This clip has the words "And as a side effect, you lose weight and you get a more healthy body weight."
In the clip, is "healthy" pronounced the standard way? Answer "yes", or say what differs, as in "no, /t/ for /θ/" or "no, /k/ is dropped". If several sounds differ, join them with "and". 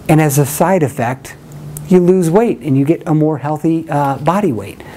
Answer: yes